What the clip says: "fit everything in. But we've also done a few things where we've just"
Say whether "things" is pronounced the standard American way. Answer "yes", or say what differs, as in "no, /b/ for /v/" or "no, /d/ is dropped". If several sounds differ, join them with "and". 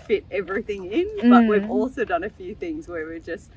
yes